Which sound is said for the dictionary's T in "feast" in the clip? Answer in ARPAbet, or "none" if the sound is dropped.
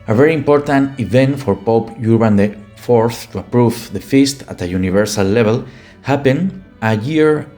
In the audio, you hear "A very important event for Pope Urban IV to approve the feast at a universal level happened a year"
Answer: T